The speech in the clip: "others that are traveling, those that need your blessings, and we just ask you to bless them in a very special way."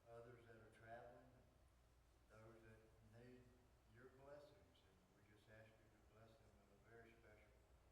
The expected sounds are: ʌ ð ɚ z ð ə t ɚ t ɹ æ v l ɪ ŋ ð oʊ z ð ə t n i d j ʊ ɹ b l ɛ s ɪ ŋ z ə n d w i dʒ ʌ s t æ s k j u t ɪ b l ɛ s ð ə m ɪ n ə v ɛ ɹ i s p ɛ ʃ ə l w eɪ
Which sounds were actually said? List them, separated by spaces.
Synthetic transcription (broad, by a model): ʌ ð ɚ z ð ə t ɚ t ɹ æ v l ɪ ŋ ð oʊ z ð ə t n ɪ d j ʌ ɹ b l ɛ s ɪ ŋ z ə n w i dʒ ʌ s t æ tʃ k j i t ɪ b l ɛ s ð ə m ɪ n ə v ɛ ɹ i s p ɛ ʃ l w